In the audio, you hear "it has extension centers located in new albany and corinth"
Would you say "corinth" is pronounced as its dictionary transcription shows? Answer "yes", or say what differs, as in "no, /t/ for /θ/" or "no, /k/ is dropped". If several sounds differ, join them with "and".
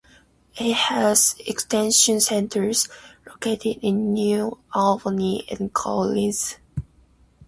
no, /l/ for /ɹ/